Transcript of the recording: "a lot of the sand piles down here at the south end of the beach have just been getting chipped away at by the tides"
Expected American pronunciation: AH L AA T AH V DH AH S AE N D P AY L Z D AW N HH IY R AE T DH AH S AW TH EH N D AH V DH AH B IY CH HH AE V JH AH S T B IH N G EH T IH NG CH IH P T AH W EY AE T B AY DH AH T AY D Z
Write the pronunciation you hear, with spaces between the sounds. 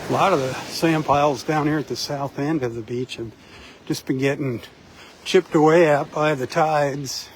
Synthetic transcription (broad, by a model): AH L AA T AH V DH AH S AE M P AY L Z D AW N HH IY R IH T DH AH S AW TH EH N D AH V DH AH B IY CH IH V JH AH S B IH N G EH T IH NG CH IH P T AH W EY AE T B AY DH AH T AY D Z